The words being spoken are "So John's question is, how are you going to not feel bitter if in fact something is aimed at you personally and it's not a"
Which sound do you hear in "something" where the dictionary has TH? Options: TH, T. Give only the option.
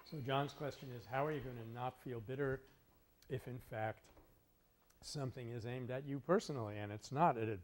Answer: TH